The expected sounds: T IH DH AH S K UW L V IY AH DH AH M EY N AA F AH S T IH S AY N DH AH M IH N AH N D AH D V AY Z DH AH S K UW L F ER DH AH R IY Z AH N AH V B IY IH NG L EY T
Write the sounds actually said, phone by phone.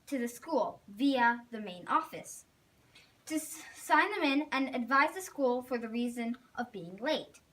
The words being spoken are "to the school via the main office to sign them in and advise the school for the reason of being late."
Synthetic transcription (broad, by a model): T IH DH AH S K UW L V IY AH DH AH M EY N AA F AH S T IH S AY N DH AH M IH N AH N AH D V AY Z DH AH S K UW L F ER DH AH R IY Z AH N AH V B IY IH NG L EY T